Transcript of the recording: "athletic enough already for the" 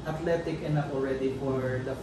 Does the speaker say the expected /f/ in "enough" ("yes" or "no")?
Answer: no